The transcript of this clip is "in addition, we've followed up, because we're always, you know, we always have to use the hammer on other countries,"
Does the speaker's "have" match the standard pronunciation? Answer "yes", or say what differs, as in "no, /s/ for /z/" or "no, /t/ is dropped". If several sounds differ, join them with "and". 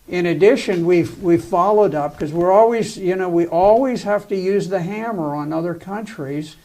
no, /f/ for /v/